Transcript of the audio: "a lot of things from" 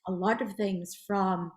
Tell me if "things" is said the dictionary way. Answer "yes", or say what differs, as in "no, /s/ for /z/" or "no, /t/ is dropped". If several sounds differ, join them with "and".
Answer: yes